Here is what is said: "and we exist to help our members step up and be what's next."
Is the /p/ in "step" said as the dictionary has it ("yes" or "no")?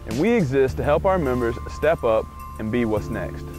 yes